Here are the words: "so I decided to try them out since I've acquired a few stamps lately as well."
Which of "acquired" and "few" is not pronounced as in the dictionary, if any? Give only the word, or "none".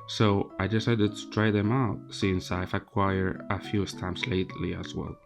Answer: acquired